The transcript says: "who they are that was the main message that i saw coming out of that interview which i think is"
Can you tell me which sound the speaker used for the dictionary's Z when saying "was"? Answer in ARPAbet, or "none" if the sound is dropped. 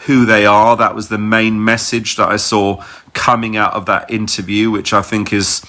Z